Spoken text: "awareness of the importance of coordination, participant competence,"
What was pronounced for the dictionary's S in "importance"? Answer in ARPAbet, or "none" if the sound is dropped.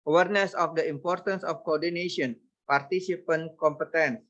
S